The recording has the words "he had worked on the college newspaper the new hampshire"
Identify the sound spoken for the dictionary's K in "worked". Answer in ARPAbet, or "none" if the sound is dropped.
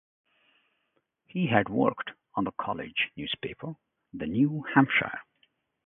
K